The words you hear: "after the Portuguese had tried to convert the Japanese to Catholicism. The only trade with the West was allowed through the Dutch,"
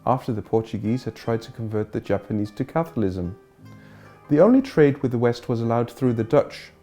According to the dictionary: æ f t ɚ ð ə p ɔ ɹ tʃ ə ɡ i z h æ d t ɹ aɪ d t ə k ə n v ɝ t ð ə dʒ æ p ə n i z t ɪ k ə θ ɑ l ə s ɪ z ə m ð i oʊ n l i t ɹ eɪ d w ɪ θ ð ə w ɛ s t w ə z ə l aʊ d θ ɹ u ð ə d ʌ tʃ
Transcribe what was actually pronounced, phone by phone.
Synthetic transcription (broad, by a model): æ f t ɚ ð ə p ɔ ɹ tʃ ə ɡ i z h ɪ d t ɹ aɪ d t ə k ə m v ɝ t ð ə dʒ æ p ə n i z t ɪ k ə θ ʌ l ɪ z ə m ð i oʊ n l i t ɹ eɪ d w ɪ ð ə w ɛ s t w ə z ə l aʊ d θ ɹ u ð ə d ʌ tʃ